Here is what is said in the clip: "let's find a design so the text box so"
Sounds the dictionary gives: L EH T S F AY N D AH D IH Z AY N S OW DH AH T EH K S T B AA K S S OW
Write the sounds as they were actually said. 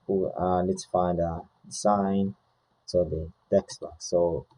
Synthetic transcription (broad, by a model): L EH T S F AY N D AH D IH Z AY N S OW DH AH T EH K S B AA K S S OW